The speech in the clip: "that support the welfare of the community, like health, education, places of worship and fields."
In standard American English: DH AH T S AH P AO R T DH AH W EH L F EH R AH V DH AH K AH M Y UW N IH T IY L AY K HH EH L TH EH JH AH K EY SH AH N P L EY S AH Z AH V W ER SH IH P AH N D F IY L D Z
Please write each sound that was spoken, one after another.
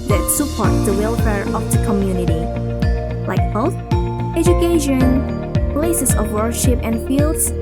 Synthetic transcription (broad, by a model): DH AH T S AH P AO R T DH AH W EH L F EH R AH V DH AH K AH M Y UW N IH T IY L AY K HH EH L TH EH JH AH K EY SH AH N P L EY S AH S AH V W ER SH IH P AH N F IY L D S